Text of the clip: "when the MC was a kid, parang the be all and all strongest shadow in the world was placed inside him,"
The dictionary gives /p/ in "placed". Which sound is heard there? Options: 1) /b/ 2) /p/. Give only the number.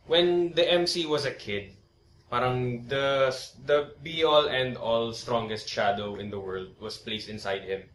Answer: 2